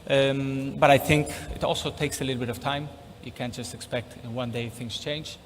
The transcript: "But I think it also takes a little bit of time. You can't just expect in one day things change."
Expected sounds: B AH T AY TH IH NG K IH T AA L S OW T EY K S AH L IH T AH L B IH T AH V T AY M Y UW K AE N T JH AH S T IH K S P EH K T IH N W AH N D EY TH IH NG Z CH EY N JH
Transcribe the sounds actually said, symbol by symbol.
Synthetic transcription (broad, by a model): B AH T AY TH IH NG K IH T AA L S OW T EY K S AH L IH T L B IH T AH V T AY M Y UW K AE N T JH AH S T IH K S P EH K T IH N W AH N D EY TH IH NG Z CH EY N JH